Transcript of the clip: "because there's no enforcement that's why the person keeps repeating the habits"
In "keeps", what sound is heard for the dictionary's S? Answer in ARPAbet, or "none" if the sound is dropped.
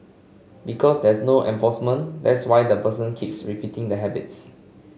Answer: S